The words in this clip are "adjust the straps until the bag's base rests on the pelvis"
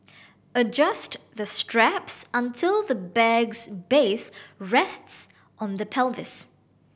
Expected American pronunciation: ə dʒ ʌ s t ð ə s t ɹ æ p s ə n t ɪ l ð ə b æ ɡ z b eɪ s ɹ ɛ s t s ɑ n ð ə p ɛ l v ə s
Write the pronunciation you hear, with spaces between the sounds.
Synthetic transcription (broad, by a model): ə dʒ ʌ s t ð ə s t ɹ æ p s ə n t ɪ l ð ə b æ ɡ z b eɪ s ɹ ɛ s t s ɑ n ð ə p ɛ l v ə s